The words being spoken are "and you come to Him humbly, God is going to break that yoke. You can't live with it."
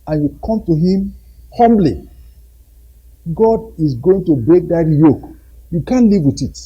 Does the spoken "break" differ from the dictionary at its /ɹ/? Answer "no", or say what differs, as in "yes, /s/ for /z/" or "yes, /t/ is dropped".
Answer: no